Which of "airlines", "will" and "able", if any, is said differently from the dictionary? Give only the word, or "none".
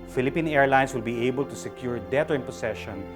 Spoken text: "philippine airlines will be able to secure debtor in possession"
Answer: airlines